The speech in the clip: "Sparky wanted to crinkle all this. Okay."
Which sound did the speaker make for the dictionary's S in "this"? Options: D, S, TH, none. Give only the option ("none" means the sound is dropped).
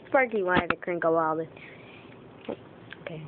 none